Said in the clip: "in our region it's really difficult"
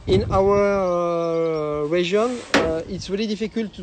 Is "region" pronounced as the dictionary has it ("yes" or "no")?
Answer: no